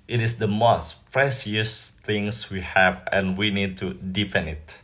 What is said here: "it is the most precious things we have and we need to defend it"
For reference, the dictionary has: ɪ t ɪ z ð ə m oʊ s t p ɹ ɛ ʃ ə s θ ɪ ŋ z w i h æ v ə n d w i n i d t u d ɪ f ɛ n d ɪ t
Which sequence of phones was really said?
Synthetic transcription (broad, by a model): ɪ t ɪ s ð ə m oʊ s t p ɹ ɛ s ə s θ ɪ ŋ s w i h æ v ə n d w i n i d t u d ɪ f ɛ n ɪ t